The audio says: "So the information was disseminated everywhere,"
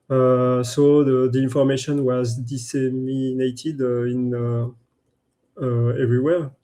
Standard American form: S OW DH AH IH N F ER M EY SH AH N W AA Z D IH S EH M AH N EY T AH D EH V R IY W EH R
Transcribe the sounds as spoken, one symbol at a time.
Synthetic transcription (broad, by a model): S OW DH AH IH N F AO M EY SH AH N W AA Z D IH S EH M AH N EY T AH D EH V R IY W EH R